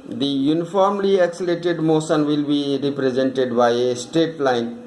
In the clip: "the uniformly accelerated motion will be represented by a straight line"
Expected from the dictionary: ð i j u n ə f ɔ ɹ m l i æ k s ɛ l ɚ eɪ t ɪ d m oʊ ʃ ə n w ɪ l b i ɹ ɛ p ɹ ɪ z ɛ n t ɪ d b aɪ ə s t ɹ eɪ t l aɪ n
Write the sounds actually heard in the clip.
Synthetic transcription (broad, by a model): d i j u n ə f ɔ ɹ m l i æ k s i l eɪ t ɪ d m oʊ s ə n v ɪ l b i ɹ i p ɹ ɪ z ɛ n t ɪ d b aɪ ə s t eɪ t l aɪ n